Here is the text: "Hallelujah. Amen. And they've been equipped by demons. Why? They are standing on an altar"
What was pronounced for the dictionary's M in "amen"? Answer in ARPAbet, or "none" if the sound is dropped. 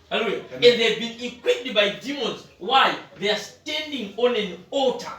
none